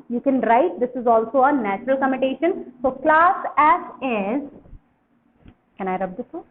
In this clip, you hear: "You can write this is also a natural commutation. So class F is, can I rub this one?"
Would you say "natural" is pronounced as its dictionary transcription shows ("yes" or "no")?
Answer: yes